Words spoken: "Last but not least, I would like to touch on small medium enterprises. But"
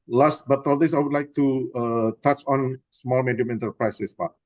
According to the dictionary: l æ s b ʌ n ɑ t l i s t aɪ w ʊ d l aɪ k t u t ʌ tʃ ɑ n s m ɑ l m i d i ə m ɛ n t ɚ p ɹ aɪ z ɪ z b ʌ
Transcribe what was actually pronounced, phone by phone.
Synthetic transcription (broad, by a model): l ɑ s b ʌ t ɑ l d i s aɪ w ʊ d l aɪ k t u t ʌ tʃ ɑ n s m ɑ l m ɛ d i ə m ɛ n t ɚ p ɹ aɪ s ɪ s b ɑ